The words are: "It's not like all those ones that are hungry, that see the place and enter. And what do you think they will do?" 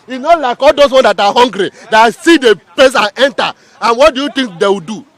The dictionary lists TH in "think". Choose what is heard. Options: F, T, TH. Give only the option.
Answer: T